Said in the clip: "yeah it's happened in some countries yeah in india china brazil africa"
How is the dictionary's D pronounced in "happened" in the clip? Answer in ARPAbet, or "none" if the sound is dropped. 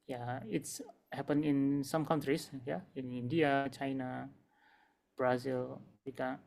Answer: none